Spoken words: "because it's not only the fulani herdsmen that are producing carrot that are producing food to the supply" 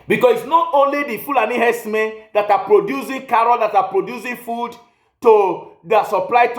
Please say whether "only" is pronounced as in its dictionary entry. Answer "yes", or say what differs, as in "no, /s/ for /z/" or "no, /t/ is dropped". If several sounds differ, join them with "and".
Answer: yes